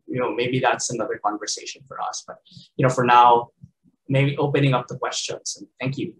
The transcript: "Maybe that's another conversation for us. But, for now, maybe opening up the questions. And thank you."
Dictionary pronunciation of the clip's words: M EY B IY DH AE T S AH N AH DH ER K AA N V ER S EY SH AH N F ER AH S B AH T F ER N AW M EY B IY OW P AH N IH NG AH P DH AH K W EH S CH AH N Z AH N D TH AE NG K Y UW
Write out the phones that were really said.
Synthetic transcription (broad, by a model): M EY B IY DH AE T S AH N AH DH ER K AA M V ER S EY SH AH N F ER AH S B AH T F ER N AW M EY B IY OW P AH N IH NG AH P DH AH K W EH S CH AH N Z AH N TH AE NG K Y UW